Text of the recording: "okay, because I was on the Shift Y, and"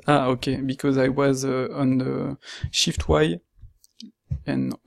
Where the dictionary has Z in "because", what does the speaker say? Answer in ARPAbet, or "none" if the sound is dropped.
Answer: Z